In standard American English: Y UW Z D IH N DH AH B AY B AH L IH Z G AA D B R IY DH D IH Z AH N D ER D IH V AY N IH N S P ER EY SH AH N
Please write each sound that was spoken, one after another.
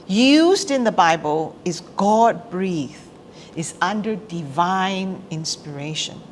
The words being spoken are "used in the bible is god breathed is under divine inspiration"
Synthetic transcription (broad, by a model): Y UW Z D IH N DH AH B AY B AH L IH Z G AA D B R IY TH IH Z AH N D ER D IH V AY N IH N S P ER EY SH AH N